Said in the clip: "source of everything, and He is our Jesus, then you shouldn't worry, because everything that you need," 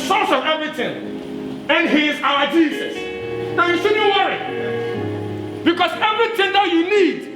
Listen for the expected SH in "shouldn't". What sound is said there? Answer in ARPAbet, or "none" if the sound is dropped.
S